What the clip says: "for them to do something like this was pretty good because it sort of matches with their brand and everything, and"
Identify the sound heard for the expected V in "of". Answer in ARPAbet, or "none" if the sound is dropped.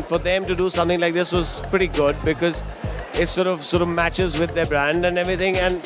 V